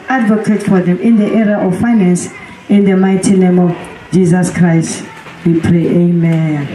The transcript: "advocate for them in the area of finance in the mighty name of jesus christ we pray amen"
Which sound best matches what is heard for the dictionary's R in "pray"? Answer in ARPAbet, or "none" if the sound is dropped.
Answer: R